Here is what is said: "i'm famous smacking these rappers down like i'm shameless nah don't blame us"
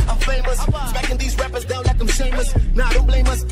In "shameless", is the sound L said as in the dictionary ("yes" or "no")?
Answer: no